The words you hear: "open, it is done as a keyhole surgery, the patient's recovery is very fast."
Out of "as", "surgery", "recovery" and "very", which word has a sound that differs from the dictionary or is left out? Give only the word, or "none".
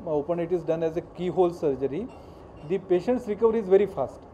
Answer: none